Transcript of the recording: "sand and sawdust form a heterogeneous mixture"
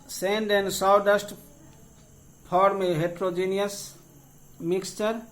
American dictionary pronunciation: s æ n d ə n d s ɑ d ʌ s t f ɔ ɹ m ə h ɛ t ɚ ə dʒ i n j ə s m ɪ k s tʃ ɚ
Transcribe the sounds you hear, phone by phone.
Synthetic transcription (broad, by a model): s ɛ n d ə n d s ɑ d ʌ s t p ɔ ɹ m ə h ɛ t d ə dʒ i n j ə s m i k s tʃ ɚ